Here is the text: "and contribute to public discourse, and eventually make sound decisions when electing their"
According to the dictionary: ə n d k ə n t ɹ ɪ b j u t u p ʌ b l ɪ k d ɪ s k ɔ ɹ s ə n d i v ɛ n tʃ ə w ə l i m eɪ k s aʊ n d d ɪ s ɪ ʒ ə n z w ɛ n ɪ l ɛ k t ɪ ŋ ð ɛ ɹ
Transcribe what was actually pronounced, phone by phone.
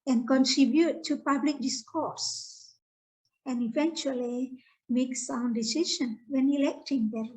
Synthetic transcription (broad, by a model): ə n k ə n t ɹ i b j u t u p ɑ b l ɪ k d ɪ s k ɔ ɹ s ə n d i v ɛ n tʃ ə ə l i m eɪ k s aʊ n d d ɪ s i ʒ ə n w ɛ n ɪ l ɛ k t ɪ ŋ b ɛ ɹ